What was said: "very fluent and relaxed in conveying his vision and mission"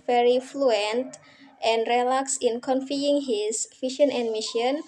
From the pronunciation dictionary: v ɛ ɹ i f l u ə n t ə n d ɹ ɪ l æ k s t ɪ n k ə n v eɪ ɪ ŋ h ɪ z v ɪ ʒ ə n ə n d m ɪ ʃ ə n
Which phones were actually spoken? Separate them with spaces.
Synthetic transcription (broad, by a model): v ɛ ɹ i f l u ə n t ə n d ɹ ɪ l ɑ k s ɪ n k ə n f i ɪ ŋ h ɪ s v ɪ ʃ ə n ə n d m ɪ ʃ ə n